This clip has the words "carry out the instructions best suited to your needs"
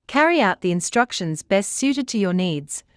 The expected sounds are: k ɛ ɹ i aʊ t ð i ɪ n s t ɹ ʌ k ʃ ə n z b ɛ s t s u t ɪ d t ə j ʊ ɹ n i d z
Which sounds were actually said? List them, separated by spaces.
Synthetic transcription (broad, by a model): k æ ɹ i aʊ t ð i ɪ n s t ɹ ʌ k ʃ ə n z b ɛ s t s u t ɪ d t ə j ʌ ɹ n i d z